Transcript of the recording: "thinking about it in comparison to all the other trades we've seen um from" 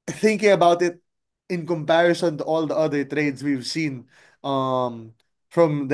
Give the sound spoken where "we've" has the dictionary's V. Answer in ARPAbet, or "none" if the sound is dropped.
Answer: V